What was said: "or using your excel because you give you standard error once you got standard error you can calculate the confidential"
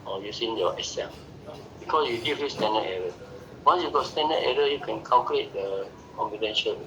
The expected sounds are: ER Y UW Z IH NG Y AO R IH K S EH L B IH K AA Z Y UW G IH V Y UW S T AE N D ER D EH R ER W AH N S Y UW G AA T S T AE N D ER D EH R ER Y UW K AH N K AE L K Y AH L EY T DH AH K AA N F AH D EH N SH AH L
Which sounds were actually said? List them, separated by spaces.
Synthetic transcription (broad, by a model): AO Y UW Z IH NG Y AO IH S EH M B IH K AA S Y UW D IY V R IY S T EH N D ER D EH R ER W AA N S Y UW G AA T S T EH N D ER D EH R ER Y UW K AH N K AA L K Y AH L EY T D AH K AA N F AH D EH N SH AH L